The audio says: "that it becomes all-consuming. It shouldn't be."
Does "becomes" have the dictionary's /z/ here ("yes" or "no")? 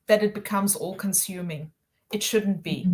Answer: yes